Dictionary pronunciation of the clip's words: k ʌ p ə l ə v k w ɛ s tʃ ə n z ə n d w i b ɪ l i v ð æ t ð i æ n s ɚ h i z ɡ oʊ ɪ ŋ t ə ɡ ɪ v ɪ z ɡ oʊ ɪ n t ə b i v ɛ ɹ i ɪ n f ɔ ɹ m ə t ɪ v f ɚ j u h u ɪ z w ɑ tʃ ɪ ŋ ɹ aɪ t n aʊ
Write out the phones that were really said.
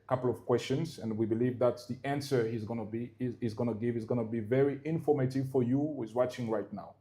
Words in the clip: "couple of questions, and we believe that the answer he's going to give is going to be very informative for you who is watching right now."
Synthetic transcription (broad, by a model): k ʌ p l ə v k w ɛ s tʃ ə n z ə n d w i b ɪ l i v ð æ t ð i æ n s ɚ h i z ɡ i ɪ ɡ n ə ɡ ɪ v ɪ z ɡ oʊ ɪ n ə b i v ɛ ɹ i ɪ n f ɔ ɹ m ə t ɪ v f ɚ j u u ɪ z w ɑ tʃ ɪ ŋ ɹ aɪ t n aʊ